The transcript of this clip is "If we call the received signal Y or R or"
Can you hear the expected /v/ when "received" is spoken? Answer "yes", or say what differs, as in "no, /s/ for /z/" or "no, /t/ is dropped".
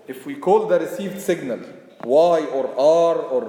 yes